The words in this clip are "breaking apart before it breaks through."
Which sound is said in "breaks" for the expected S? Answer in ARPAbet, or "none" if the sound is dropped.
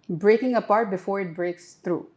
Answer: S